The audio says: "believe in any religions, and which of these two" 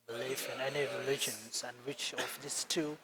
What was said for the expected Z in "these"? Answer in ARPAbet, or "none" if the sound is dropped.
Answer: S